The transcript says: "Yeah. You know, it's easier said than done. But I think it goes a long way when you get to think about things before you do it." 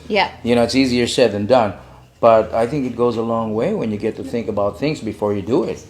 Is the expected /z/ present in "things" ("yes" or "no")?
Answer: yes